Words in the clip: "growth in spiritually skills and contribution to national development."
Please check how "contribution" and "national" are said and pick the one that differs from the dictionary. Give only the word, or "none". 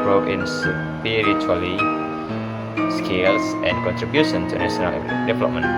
national